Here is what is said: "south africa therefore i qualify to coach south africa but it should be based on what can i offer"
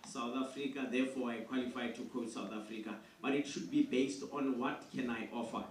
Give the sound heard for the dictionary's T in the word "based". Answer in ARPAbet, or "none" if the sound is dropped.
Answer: T